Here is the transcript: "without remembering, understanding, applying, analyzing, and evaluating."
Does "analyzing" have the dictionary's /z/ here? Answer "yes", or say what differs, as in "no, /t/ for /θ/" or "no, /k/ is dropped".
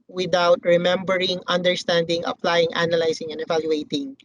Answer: no, /s/ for /z/